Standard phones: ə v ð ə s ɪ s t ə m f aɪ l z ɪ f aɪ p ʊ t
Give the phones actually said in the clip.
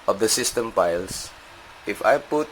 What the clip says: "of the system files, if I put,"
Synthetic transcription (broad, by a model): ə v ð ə s ɪ s t ə m p aɪ l s ɪ f aɪ p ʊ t